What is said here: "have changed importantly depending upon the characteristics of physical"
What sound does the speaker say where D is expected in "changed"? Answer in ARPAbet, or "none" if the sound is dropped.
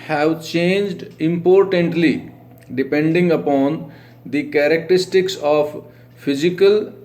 D